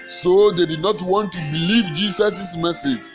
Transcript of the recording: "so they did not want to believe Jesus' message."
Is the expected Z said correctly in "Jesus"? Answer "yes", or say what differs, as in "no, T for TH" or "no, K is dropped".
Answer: no, S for Z